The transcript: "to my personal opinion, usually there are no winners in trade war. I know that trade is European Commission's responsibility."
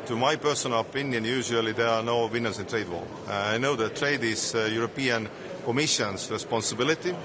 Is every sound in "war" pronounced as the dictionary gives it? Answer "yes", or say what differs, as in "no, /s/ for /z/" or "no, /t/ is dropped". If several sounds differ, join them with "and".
no, /l/ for /ɹ/